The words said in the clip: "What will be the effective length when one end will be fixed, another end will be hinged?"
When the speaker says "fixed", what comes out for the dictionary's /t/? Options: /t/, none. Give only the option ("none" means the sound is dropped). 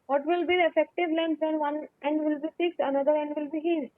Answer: none